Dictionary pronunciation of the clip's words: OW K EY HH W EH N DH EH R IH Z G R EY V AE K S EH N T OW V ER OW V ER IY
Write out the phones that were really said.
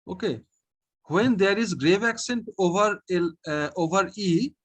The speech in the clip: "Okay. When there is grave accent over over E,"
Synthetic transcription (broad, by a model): OW K EY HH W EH N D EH R IH Z G R EY V AE K S EH N T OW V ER OW V ER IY